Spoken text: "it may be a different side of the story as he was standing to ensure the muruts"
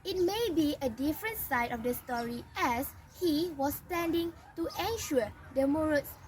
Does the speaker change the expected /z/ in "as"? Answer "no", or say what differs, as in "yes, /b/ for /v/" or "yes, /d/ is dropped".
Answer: yes, /s/ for /z/